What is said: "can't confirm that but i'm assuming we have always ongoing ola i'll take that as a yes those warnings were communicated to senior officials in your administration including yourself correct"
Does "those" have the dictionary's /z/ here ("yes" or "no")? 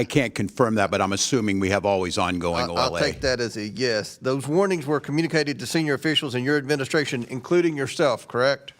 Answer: yes